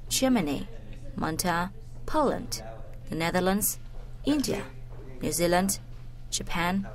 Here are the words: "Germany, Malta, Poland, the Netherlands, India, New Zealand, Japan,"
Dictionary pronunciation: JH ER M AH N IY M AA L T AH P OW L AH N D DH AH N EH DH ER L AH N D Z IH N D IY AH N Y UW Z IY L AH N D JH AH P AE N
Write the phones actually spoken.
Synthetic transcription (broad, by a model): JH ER M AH N IY M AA N T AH P OW L AH N D DH AH N EH DH ER L AH N D Z IH N D IY AH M Y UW Z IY L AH N D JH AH P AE N